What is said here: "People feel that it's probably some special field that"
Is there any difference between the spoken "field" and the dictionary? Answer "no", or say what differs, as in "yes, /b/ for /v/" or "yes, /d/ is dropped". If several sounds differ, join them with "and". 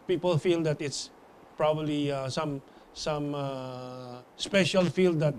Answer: no